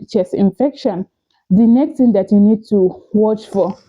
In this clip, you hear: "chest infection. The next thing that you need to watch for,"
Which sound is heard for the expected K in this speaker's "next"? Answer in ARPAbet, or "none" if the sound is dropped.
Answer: K